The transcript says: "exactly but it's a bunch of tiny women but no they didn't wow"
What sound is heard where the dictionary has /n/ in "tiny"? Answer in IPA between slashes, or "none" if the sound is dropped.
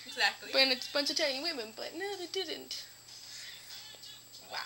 none